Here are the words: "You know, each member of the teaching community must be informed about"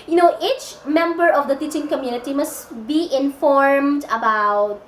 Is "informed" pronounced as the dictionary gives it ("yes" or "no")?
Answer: yes